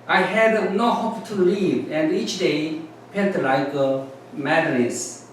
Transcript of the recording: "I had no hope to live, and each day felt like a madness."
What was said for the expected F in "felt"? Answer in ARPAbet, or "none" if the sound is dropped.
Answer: P